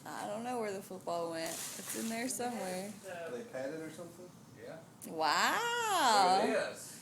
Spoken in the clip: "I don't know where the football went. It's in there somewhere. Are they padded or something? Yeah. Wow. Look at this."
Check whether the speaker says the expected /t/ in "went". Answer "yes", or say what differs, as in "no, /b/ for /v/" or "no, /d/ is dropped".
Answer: yes